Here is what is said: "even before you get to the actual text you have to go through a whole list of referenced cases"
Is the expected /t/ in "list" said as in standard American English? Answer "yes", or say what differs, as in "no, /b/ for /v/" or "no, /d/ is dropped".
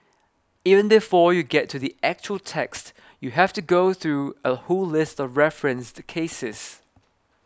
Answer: yes